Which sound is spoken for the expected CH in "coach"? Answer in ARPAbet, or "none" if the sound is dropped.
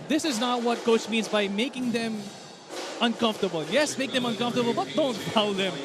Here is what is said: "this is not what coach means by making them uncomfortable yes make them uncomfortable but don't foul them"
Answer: CH